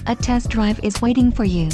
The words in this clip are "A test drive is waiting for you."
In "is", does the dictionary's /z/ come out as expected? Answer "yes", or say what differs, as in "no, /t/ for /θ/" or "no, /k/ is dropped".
yes